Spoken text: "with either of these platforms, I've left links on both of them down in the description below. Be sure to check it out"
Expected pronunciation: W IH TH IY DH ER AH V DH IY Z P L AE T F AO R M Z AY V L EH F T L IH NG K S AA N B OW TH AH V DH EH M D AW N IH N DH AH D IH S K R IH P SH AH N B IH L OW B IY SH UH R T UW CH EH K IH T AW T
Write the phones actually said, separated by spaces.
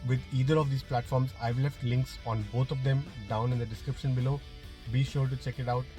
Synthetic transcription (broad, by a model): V IH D IY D ER AH V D IY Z P L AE T F AO R M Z AY V L EH F T L IH NG K S AA N B OW T AH V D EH M D AW N IH N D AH D IH S K R IH P SH AH N B IH L OW B IY SH UH R T UW CH EH K IH T AW T